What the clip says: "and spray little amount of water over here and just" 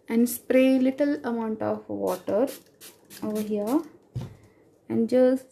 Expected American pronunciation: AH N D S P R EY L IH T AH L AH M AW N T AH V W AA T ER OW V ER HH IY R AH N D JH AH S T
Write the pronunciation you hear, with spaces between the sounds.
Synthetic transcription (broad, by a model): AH N D S P R EY L IH T AH L AH M AW N T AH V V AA T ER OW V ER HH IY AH AH N D JH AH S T